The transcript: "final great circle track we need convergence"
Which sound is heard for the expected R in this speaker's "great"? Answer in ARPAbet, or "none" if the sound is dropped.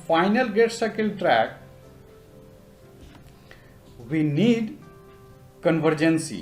none